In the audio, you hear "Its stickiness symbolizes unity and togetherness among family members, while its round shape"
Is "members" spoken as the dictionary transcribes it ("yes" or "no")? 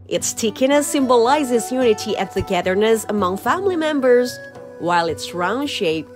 yes